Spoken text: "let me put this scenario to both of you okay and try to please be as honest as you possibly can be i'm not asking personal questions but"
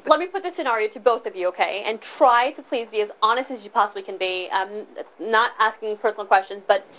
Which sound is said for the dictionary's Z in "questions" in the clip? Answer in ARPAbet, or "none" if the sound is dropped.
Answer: Z